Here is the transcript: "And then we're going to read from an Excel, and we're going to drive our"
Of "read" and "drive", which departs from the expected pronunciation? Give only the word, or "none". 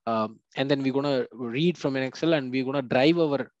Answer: none